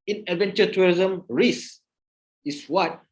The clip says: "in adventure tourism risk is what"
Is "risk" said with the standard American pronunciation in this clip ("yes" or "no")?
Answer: no